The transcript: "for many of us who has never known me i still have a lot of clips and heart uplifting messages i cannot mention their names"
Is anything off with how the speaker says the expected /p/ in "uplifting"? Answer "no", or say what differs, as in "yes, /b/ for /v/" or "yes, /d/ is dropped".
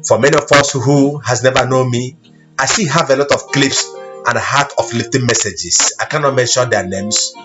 yes, /f/ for /p/